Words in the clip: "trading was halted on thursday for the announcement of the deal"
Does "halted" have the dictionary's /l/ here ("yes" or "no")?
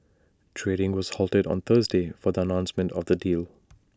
yes